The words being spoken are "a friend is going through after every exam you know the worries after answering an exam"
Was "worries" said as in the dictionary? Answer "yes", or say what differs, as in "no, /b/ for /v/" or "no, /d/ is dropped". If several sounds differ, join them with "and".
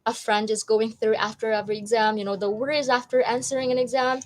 yes